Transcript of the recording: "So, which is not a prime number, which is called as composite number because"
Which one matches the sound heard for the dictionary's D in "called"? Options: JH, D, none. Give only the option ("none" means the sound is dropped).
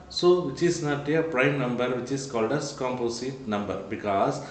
D